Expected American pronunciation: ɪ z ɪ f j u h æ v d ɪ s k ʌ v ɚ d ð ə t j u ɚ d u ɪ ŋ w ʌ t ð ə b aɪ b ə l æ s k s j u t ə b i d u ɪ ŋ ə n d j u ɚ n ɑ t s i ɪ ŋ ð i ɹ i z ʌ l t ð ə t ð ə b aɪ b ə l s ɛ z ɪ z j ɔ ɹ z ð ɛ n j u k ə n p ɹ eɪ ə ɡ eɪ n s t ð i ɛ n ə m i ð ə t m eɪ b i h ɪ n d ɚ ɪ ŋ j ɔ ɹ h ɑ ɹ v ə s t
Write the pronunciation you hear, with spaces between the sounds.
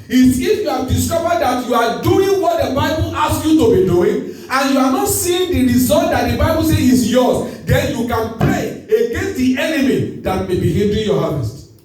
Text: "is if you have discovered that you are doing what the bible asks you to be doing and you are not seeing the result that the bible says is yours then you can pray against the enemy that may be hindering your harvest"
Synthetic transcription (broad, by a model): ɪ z ɪ f j u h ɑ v d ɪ s k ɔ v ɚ d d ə t j u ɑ d u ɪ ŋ w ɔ t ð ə b aɪ b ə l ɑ s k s j u t ə b i d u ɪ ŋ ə n j u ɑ n ɑ t s i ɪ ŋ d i ɹ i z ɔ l t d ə t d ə b aɪ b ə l s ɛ ɪ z j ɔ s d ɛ n j u k ə n p ɹ eɪ ə ɡ eɪ n s t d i ɛ n ə m i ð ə t m eɪ b i h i l d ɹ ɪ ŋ j ɔ h ɑ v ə s t